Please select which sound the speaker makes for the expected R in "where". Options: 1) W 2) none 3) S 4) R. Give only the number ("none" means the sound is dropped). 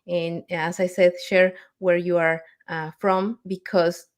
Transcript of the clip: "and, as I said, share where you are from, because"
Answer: 4